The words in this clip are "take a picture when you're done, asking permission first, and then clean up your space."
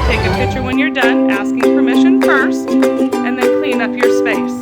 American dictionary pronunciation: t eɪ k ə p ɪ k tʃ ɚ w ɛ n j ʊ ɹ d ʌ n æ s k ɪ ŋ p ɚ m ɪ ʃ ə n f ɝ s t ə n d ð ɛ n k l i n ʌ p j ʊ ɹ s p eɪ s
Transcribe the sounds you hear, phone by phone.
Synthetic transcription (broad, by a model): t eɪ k ə p ɪ k tʃ ɚ w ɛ n j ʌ ɹ d ʌ n æ s k ɪ ŋ p ɚ m ɪ ʃ ə n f ɝ s t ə n ð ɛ n k l i n ʌ p j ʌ ɹ s p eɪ s